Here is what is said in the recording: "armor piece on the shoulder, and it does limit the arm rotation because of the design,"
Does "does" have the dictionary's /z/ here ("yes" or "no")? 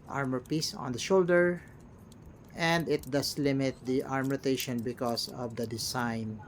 no